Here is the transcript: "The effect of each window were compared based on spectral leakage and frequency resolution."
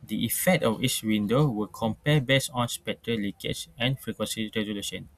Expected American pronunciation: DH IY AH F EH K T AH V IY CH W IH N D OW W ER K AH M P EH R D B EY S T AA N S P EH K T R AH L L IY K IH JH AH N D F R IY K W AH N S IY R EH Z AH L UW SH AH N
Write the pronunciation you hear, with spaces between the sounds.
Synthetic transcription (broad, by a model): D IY AH F EH K T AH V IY S W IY N D OW W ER K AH M P EH B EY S AA N S P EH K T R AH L L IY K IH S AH N F R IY K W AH N S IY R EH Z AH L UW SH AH N